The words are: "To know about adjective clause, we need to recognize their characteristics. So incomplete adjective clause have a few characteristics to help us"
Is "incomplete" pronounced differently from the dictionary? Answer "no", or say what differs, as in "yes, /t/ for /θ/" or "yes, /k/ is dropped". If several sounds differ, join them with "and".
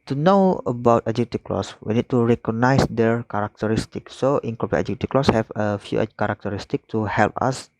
yes, /m/ is dropped